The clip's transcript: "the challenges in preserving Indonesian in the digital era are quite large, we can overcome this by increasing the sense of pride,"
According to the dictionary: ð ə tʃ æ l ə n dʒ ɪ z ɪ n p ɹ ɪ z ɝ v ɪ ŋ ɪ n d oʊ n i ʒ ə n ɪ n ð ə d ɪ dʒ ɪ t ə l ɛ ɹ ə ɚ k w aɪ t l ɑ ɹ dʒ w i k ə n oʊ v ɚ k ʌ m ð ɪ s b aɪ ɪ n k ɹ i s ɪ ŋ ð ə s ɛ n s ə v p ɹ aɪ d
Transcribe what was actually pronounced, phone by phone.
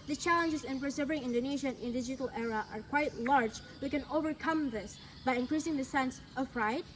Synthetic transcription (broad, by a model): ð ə tʃ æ l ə n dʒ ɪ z ɪ n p ɹ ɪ s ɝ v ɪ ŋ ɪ n d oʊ n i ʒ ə n ɪ n d ɪ dʒ ɪ t ə l ɛ ɹ ə ɚ k w aɪ t l ɑ ɹ dʒ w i k ə n oʊ v ɚ k ʌ m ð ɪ s b aɪ ɪ n k ɹ i s ɪ ŋ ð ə s ɛ n s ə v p ɹ aɪ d